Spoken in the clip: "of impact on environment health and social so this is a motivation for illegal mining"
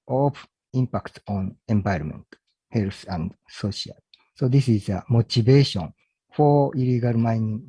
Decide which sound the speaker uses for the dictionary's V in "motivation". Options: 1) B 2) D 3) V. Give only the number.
1